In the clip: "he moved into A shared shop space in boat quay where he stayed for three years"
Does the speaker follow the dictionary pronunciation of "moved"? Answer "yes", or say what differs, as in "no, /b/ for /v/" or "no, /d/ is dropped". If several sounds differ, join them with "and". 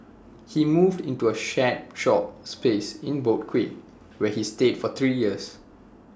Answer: yes